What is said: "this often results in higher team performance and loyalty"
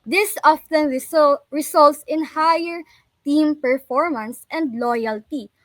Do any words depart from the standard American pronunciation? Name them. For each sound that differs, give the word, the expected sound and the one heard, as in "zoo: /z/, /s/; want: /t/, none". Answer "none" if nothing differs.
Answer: results: /z/, /s/